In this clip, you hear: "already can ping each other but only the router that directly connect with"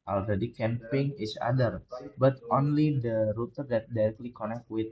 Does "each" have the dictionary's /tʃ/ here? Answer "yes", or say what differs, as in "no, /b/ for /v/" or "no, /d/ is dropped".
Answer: no, /s/ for /tʃ/